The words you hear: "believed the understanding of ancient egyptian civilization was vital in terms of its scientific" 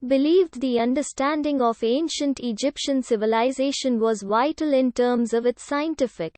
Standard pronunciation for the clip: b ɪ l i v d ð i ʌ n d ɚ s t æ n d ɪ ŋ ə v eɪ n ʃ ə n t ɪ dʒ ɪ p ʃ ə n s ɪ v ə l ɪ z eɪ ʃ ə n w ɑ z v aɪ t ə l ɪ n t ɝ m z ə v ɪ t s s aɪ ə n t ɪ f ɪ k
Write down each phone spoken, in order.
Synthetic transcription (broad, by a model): b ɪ l i v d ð i ʌ n d ɚ s t æ n d ɪ ŋ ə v eɪ n ʃ ə n t ɪ dʒ ɪ p ʃ ə n s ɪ v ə l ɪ z eɪ ʃ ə n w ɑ z v aɪ t ə l ɪ n t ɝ m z ə v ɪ t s s aɪ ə n t ɪ f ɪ k